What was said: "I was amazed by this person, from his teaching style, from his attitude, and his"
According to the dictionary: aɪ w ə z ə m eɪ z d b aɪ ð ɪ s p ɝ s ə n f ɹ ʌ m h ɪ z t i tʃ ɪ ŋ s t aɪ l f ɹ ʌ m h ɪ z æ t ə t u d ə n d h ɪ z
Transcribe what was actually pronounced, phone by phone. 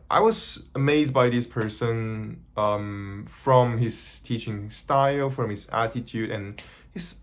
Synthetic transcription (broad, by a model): aɪ w ə z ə m eɪ z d b aɪ ð ɪ s p ɝ s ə n f ɹ ʌ m h ɪ z t i tʃ ɪ ŋ s t aɪ l f ɹ ʌ m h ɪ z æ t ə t u d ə n h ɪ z